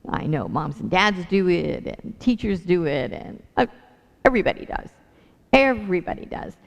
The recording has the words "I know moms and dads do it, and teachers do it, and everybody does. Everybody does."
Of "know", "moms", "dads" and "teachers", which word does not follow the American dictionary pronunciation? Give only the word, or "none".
none